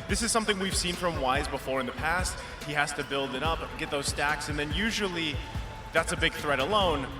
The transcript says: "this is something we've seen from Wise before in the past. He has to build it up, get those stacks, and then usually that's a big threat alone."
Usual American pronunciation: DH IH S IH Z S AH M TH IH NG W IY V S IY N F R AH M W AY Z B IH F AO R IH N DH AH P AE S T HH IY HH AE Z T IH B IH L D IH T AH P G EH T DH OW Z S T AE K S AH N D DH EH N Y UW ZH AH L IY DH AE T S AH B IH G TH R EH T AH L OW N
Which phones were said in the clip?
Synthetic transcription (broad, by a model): DH IH S IH Z S AH M TH IH NG W IY V S IY N F R AH M W AY Z B IH F AO R IH N DH AH P AE S T HH IY HH AE Z T IH B IH L D IH T AH P G EH T DH OW Z S T AE K S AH N DH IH N Y UW ZH L IY DH AE T S AH B IH G TH R EH T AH L OW N